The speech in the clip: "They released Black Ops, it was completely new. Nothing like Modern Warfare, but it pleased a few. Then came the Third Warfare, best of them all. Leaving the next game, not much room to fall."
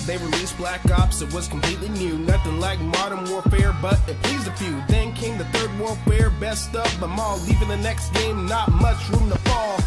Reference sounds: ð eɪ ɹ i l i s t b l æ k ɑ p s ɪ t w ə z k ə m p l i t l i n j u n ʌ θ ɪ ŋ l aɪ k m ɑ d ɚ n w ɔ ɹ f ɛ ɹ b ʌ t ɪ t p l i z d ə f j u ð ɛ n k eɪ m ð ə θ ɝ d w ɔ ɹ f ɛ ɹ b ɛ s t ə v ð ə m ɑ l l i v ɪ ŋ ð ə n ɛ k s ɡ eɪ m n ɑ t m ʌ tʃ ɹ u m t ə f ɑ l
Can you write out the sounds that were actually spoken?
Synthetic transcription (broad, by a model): ð eɪ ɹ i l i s b l æ k ɑ p s ɪ t w ə z k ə m p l i t l i n j u n ʌ θ ɪ ŋ l aɪ k m ɑ d ɚ n w ɔ ɹ f ɛ ɹ b ʌ t ɪ t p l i z ə f j u ð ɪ n k eɪ m ð ə θ ɝ d w ɔ ɹ f ɛ ɹ b ɛ s t ə p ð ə m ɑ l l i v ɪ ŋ ð ə n ɛ k s ɡ eɪ m n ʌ t m ʌ tʃ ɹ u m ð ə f ɑ l